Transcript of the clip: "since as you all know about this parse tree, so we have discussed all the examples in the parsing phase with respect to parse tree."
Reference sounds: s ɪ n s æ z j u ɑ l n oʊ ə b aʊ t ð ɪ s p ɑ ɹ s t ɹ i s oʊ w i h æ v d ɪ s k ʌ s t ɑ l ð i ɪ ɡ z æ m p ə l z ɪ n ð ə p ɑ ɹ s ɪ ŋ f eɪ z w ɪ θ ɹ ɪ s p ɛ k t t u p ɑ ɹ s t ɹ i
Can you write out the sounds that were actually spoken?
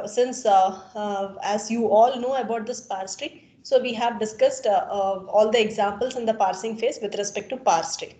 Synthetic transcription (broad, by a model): s ɪ n s æ z j u ɑ l n oʊ ə b aʊ t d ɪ s p ɑ ɹ s t ɹ i s oʊ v i h æ v d ɪ s k ʌ s t ɑ l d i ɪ ɡ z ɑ m p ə l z ɪ n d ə p ɑ ɹ s ɪ ŋ f eɪ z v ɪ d ɹ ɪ s p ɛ k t t u p ɑ ɹ s t ɹ i